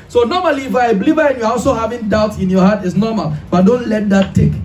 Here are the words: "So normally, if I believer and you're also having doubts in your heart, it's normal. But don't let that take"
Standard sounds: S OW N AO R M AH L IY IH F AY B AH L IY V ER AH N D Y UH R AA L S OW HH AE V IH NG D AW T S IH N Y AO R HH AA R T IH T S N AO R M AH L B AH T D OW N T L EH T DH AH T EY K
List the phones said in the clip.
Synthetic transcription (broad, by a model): S OW N AO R M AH L IY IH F AY B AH L IY V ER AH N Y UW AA AA L S OW HH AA V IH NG D AW T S IH N Y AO HH AA T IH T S N AO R M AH L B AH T D OW N T L EH T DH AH T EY K